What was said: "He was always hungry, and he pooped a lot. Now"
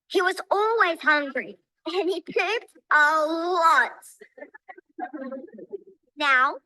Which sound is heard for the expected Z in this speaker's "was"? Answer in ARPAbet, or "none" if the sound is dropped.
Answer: Z